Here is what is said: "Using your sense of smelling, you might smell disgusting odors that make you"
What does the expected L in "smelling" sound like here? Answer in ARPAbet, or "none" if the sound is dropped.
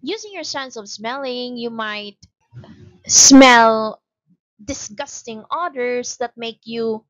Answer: L